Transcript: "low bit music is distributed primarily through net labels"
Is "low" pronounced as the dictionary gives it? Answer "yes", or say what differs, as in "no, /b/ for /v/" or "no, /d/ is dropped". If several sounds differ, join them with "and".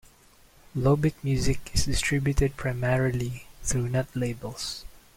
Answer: yes